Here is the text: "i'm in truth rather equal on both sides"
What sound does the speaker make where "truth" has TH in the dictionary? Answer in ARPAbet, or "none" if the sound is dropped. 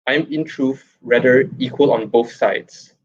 F